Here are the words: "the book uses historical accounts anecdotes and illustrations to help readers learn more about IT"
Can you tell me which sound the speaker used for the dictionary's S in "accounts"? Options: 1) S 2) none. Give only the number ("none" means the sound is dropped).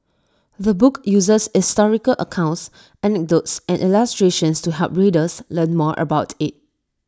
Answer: 1